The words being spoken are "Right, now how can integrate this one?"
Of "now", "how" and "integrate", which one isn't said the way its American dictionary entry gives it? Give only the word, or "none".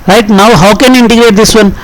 none